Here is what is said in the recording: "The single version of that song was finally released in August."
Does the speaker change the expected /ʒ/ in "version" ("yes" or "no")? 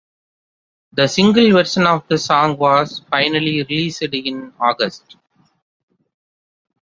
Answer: yes